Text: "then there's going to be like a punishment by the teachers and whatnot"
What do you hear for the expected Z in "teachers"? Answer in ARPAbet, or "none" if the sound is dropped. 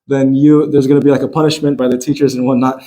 Z